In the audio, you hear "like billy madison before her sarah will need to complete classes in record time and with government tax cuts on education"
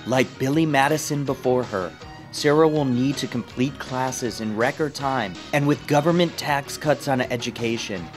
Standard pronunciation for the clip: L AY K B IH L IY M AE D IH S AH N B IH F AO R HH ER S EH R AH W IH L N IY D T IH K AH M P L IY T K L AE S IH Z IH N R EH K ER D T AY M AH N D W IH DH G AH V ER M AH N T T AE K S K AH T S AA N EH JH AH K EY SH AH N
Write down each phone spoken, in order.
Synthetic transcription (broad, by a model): L AY K B IH L IY M AE D IH S AH N B IH F AO R ER S EH R AH W IH L N IY D T IH K M P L IY T K L AE S IH Z IH N R EH K ER D T AY M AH N W IH DH G AH V ER M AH N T T AE K S K AH T S N EH JH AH K EY SH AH N